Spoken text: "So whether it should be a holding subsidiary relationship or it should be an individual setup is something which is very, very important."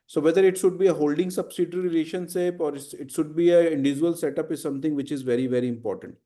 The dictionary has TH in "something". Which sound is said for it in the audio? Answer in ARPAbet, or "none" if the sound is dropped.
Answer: T